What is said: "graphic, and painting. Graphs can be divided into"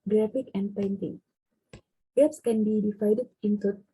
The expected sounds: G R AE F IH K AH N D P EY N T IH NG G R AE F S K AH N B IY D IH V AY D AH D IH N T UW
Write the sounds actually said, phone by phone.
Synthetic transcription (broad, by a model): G R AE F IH K AH N D P EY N T IH NG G EH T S K AH N B IY D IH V AY D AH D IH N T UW